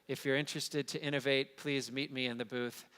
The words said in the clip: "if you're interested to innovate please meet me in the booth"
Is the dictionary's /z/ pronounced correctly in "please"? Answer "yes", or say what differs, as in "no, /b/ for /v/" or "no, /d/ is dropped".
yes